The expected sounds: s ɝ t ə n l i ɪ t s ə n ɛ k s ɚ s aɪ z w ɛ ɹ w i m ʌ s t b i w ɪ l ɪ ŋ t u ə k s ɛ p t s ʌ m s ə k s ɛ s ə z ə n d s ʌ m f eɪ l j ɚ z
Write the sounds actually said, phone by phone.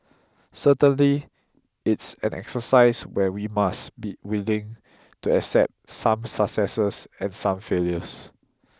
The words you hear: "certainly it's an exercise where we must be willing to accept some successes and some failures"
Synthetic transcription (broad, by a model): s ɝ t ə n l i ɪ t s ə n ɛ k s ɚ s aɪ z w ɛ w i m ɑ s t b i w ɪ l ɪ ŋ t u ə k s ɛ p t s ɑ m s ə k s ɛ s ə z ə n s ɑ m f eɪ l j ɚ s